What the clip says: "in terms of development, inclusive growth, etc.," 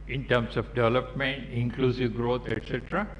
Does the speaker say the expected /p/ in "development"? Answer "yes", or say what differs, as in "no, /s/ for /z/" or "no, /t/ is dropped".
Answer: yes